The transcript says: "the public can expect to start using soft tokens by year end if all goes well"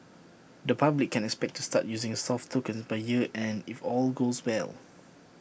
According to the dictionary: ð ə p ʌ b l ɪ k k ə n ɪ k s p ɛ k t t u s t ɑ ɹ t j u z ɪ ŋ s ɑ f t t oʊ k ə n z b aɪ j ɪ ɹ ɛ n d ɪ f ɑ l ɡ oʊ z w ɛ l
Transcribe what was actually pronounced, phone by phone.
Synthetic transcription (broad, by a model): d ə p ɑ b l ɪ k k ə n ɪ k s p ɛ k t t u s t ɑ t j u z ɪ ŋ s ɑ f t t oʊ k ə n s b aɪ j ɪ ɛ n ɪ f ɑ l ɡ oʊ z w ɛ l